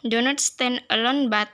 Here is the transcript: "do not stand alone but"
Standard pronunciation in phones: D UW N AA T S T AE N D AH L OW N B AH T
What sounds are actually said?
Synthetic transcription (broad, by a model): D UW N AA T S T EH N AH L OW N B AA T